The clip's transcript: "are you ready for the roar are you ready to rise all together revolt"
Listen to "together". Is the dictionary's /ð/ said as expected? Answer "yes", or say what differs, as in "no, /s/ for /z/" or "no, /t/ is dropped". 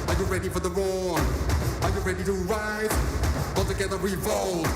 yes